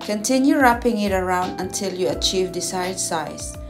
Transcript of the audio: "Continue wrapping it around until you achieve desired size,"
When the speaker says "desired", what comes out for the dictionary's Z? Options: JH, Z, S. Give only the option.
S